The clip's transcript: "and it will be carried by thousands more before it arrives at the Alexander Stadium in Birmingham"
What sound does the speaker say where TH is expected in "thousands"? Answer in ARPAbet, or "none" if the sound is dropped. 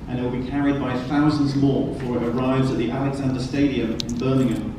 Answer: TH